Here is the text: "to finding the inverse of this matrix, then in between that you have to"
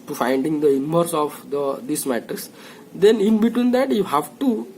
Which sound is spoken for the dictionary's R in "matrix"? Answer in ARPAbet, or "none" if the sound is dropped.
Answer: none